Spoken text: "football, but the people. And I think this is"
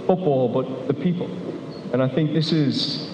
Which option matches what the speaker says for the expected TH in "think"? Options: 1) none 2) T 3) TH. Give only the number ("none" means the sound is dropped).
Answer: 3